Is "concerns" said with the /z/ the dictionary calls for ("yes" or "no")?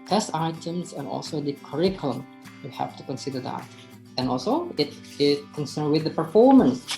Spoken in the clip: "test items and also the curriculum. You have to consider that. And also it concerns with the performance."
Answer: no